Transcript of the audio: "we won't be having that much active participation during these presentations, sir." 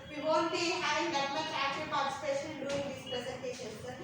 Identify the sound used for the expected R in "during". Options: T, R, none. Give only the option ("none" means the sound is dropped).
none